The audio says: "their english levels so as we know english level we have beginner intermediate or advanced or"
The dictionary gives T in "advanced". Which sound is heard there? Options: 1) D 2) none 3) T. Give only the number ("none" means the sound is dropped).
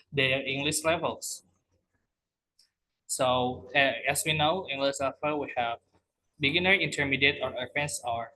2